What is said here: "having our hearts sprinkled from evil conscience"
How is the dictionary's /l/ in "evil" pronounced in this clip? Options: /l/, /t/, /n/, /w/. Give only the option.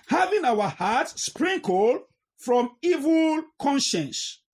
/l/